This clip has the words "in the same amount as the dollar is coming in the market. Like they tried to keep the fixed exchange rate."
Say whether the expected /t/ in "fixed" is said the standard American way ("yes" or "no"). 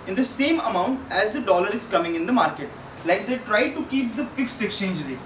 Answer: yes